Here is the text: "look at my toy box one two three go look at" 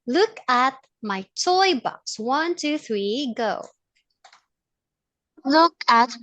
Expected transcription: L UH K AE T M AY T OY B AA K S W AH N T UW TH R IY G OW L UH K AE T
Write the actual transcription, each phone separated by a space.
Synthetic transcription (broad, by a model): L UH K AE T M AY T OY B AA K S W AH N T UW TH R IY G OW L UH K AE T